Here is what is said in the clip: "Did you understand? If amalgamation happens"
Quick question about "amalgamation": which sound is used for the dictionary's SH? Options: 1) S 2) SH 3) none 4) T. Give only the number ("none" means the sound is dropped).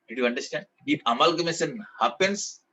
1